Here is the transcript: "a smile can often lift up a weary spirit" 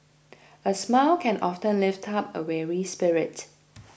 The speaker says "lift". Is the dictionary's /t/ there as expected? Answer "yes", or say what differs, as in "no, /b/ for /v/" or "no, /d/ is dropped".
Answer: yes